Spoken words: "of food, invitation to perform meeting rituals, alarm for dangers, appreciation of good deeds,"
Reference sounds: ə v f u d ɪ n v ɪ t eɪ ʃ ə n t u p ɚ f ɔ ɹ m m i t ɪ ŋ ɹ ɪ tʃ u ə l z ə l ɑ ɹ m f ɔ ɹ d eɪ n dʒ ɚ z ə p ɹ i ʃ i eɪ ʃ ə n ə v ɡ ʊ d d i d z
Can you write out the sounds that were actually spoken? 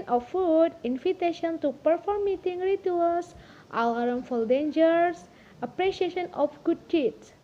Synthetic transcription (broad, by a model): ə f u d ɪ n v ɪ t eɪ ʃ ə n t u p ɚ f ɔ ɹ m m i t ɪ ŋ ɹ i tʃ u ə l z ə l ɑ ɹ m f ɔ l d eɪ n dʒ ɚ s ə p ɹ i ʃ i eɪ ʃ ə n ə f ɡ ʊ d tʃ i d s